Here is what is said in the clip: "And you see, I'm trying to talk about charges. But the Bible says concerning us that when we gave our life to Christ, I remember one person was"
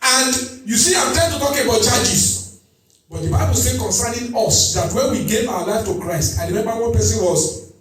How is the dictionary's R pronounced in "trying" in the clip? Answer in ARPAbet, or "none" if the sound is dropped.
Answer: none